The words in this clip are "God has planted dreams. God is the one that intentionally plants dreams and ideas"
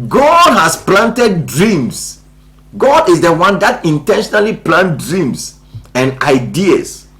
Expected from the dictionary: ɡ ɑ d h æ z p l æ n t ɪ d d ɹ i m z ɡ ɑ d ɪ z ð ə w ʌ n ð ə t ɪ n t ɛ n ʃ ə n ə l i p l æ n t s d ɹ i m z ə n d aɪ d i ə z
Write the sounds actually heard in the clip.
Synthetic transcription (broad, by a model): ɡ ɑ d h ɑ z p l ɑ n t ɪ d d ɹ i m s ɡ ɑ d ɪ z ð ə w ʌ n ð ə t ɪ n t ɛ n ʃ ə n ə l i p l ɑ n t d ɹ i m s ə n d aɪ d i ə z